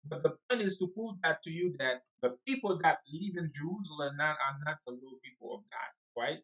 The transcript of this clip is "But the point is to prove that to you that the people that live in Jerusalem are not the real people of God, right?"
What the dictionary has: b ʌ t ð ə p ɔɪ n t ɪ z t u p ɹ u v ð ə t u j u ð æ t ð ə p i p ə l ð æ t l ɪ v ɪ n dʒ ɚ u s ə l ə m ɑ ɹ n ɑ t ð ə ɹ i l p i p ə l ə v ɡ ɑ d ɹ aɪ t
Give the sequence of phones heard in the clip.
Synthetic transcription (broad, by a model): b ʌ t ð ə p ɔɪ n t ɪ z t u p u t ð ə t u j u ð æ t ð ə p i p ə l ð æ t l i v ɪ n dʒ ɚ u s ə l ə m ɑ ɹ n ɑ t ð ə l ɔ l p i p ə l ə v ɡ ɑ d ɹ aɪ t